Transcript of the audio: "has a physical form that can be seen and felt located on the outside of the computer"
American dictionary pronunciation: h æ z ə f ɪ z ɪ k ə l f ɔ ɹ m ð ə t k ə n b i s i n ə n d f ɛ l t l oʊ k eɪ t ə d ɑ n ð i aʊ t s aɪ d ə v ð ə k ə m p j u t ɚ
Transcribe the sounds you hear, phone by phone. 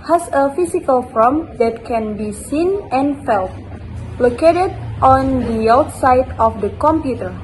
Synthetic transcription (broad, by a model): h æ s ə f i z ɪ k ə l f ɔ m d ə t k ə n b i s i n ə n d f ɛ l t l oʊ k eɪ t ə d ɑ n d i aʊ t s aɪ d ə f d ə k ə m p j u t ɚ